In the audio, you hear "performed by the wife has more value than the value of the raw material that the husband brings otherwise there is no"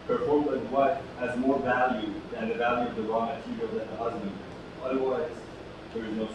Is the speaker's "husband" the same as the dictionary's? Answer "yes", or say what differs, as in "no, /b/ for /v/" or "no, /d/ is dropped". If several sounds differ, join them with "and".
yes